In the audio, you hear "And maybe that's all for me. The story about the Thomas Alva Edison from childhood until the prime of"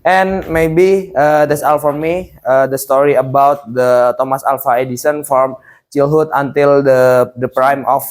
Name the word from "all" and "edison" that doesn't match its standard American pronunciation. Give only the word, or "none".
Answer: none